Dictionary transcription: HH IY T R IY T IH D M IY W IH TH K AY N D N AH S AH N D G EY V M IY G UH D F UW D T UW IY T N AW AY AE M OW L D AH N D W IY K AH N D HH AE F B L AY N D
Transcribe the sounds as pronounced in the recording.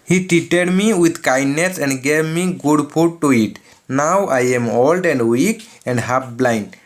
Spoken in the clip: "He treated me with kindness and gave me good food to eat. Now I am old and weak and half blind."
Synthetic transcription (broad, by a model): HH IY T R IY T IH D M IY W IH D K AY N D N AH S AH N D G EY V M IY G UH D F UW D T UW IY T N AW AY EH M OW L D AH N D W IY K AH N D HH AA P B L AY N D